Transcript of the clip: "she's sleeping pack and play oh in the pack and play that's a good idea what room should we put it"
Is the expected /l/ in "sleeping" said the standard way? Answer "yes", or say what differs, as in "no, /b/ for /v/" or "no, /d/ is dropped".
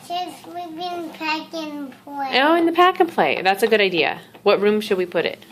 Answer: no, /w/ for /l/